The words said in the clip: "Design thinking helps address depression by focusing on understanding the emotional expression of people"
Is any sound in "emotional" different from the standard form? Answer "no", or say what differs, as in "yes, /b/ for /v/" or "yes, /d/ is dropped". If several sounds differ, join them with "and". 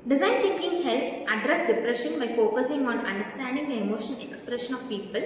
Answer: yes, /n/ is dropped and /n/ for /l/